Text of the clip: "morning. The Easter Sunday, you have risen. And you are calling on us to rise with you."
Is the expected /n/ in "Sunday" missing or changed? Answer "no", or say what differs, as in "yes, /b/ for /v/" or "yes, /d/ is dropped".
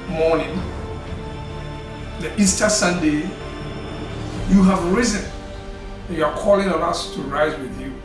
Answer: no